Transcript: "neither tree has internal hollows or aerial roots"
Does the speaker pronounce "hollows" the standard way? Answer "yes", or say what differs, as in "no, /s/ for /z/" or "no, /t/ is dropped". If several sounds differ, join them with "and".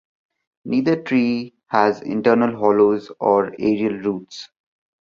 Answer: yes